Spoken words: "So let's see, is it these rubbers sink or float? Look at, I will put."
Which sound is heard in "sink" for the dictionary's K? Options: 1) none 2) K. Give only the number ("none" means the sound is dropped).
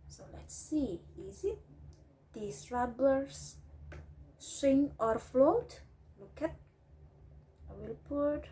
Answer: 1